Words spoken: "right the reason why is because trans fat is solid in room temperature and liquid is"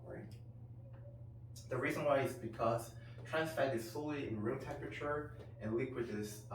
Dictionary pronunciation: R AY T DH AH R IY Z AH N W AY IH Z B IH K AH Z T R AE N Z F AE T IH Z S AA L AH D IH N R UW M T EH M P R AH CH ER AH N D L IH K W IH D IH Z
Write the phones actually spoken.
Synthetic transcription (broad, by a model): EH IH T DH AH R IY Z AH N W AY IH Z B IH K AH Z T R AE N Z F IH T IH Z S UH L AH IH N R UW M T EH M P R AH CH ER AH N L IH K W IH D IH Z